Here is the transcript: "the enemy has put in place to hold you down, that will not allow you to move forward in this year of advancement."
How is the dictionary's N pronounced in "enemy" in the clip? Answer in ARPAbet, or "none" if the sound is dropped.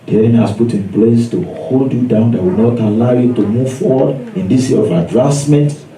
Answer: none